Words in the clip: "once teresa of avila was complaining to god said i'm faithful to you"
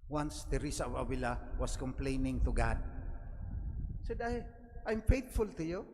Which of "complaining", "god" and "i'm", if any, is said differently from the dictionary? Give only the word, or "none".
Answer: none